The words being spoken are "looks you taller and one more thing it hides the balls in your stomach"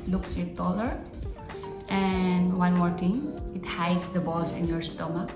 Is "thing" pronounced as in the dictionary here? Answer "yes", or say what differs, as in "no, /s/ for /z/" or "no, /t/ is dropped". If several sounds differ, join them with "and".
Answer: no, /t/ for /θ/